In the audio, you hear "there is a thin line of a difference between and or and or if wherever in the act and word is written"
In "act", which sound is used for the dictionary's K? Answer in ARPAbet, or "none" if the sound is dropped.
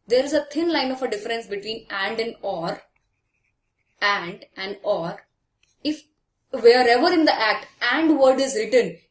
K